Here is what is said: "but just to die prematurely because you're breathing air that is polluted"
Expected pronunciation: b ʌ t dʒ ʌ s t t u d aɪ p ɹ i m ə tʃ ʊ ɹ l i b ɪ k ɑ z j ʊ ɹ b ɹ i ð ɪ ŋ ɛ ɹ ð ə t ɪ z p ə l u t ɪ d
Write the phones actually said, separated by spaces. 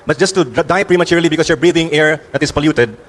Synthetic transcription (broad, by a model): b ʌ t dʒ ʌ s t t u d aɪ p ɹ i m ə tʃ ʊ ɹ l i b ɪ k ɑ s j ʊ ɹ b ɹ i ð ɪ ŋ ɛ ɹ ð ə t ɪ s p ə l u t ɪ d